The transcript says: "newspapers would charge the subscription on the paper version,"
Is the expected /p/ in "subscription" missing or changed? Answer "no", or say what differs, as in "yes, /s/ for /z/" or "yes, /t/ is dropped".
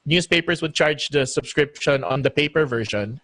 no